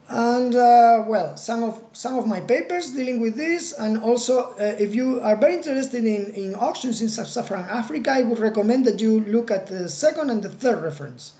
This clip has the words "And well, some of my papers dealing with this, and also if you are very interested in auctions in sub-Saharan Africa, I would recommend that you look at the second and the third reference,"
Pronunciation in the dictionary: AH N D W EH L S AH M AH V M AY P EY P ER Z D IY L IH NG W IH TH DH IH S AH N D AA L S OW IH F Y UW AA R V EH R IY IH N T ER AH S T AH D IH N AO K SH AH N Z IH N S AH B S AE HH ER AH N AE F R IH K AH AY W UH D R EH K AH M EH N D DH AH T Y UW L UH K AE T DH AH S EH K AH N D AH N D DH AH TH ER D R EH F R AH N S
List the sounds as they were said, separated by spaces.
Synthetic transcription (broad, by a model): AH N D W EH L S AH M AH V M AY P EY P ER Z D IY L IH NG W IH DH IH S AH N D AA L S OW IH F Y UW AA R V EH R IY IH N T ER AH S T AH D IH N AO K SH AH N S IH N S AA S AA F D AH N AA F R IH K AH AY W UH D R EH K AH M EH N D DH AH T Y UW L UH K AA T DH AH S EH K AH N D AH N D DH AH TH ER D R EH F R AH N S